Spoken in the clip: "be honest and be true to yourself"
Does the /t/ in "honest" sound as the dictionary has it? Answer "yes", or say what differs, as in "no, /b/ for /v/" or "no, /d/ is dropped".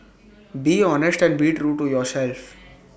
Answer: yes